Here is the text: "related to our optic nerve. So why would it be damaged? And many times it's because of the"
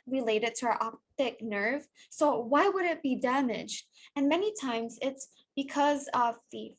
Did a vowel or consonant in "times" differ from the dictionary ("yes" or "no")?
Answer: no